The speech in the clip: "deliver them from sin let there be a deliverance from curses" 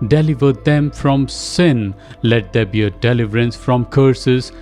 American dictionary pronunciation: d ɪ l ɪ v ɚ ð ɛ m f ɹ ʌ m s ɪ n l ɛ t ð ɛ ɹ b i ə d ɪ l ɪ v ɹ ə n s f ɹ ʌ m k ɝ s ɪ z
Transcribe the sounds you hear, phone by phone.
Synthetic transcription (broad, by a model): d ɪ l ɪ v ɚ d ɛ m f ɹ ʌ m s ɪ n l ɛ t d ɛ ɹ b i ə d ɪ l ɪ v ɹ ə n s f ɹ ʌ m k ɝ s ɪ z